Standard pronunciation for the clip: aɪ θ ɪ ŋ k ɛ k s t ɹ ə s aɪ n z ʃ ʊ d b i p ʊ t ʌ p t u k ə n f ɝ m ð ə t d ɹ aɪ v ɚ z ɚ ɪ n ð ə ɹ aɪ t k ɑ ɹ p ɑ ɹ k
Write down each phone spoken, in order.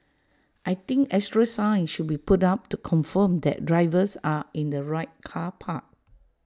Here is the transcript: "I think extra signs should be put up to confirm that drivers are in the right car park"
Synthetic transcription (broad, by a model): aɪ t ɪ ŋ k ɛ s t ɹ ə s aɪ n ʃ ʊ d b i p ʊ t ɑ p t u k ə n f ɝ m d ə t d ɹ aɪ v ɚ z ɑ ɪ n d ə ɹ aɪ t k ɑ p ɑ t